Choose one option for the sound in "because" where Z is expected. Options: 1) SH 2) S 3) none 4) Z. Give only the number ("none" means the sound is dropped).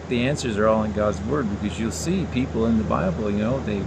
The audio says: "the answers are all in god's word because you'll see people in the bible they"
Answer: 4